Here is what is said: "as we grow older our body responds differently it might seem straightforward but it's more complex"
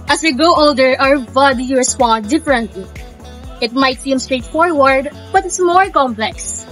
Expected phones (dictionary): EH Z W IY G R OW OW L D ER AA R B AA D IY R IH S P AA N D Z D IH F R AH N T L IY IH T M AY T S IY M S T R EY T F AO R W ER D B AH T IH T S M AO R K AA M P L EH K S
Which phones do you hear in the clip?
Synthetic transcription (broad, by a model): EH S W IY G OW OW L D ER AA R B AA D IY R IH S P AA N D D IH F R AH N T L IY IH T M AY T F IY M S T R EY T F AO R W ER D B AH T IH T S M AO R K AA M P L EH K S